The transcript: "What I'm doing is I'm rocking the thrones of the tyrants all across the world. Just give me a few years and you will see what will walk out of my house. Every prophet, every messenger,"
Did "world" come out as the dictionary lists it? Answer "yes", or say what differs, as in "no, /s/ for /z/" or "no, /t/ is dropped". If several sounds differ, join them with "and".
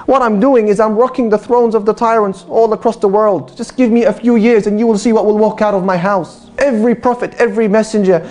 yes